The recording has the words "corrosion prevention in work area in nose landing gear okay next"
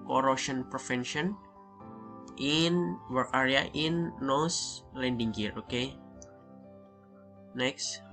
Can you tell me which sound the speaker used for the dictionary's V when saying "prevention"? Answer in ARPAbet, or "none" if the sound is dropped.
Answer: F